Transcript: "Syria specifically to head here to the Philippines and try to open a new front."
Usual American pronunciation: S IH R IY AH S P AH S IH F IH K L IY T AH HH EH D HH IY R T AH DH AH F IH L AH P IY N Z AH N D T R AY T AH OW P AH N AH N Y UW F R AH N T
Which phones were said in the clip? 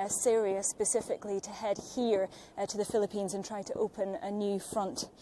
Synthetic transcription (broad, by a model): S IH R IY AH S P AH S IH F IH K L IY T AH HH EH D HH IY R T AH DH AH F IH L AH P IY N Z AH N T R AY T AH OW P AH N AH N Y UW F R AH N T